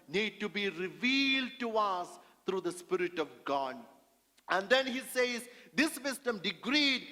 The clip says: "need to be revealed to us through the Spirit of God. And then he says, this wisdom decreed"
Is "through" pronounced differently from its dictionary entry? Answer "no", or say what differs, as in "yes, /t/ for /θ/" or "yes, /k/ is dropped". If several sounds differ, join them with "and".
yes, /t/ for /θ/